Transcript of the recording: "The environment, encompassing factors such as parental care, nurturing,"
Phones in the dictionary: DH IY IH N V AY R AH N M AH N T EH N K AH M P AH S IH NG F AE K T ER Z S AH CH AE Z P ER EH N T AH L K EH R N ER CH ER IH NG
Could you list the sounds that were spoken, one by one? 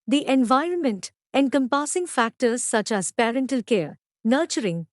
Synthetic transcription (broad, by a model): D IY IH N V AY R AH N M AH N T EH N K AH M P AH S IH NG F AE K T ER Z S AH CH AE Z P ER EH N T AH L K EH R N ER CH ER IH NG